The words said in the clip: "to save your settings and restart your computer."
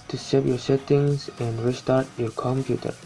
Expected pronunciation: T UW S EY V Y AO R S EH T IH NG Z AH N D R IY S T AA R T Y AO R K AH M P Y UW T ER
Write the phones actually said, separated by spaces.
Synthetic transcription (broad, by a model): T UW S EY P Y AO R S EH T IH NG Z AH N D R IY S T AA R T Y AO R K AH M P Y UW T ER